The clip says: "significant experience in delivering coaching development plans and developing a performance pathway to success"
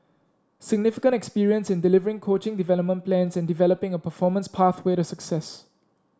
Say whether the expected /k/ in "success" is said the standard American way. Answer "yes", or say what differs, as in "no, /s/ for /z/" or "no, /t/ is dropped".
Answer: yes